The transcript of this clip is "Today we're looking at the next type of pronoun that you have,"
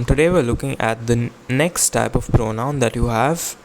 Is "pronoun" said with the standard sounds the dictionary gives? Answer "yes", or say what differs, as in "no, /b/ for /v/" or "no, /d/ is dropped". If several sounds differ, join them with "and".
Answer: yes